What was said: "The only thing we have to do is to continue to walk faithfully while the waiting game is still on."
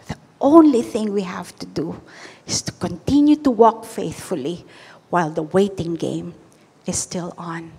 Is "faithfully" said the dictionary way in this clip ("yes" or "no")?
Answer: yes